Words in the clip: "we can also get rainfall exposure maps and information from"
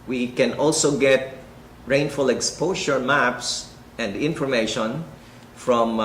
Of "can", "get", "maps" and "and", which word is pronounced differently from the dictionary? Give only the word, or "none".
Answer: none